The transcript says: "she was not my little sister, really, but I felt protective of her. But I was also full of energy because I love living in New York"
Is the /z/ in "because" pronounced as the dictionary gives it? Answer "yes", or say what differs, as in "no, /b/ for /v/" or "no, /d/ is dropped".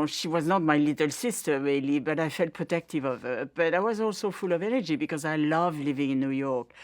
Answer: yes